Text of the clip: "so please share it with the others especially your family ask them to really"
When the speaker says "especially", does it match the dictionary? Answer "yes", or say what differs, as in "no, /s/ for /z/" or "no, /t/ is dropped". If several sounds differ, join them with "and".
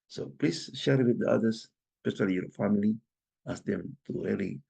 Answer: no, /s/ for /ʃ/